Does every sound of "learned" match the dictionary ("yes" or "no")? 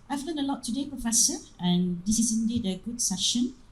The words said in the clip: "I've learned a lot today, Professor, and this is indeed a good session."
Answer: no